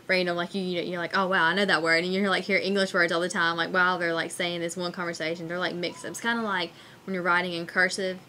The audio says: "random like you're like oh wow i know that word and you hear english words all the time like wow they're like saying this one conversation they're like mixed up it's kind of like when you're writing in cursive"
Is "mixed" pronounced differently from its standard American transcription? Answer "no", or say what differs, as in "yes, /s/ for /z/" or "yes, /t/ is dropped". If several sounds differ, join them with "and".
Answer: no